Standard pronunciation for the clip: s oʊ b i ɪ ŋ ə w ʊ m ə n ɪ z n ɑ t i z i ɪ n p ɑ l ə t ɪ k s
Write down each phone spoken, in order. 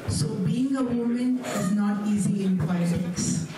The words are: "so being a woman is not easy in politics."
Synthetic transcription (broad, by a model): s oʊ b i ɪ ŋ ə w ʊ m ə n ɪ z n ɑ t i z i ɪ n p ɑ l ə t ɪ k s